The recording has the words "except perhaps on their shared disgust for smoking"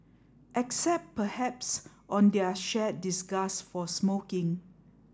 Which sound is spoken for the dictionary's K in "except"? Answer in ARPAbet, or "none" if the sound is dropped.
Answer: K